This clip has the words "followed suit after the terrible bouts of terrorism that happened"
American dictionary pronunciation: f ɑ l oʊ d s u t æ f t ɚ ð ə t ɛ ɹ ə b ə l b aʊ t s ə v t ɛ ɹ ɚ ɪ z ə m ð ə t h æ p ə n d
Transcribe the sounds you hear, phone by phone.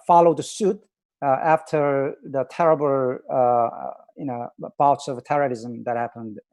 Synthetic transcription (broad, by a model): f ɑ l oʊ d s u t æ f t ɚ ð ə t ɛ ɹ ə b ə n b aʊ t s ə v t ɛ ɹ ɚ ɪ z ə m ð ə t h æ p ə n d